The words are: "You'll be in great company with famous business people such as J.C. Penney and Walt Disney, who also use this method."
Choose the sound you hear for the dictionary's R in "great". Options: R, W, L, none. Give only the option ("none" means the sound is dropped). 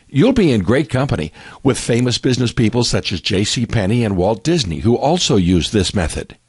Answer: R